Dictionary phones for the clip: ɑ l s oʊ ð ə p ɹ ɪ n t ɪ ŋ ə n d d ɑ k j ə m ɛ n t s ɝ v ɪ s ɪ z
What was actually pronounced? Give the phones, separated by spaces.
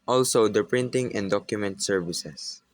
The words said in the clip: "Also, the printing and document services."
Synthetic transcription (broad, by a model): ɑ l s oʊ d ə p ɹ ɪ n t ɪ ŋ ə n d d ɑ k j ə m ɛ n t s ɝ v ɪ s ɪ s